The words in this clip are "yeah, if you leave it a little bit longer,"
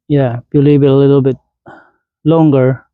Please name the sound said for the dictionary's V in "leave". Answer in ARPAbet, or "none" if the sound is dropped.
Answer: B